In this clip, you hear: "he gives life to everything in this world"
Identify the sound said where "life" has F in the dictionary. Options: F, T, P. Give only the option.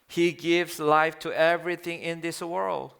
F